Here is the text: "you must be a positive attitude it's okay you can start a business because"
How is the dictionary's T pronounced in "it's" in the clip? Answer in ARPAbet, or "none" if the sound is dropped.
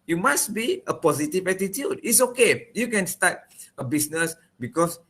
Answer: T